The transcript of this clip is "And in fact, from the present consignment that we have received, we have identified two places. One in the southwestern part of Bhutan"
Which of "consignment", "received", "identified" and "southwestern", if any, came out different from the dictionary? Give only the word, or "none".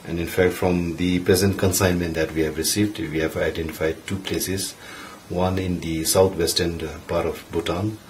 southwestern